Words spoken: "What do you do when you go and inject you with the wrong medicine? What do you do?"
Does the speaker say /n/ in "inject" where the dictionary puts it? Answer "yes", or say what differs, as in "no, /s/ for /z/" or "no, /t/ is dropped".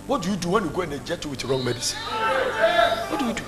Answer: no, /n/ is dropped